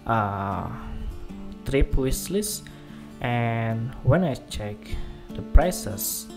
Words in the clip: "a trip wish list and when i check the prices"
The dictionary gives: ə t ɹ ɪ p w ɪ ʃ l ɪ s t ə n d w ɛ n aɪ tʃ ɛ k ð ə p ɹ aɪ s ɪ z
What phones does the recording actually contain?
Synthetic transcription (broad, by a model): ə t ɹ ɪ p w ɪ s l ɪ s t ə n w ɛ n aɪ tʃ ɛ k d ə p ɹ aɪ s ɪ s